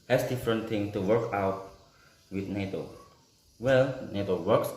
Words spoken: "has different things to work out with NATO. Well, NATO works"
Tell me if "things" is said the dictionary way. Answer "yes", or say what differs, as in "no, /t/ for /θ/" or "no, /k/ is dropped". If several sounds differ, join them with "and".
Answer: no, /z/ is dropped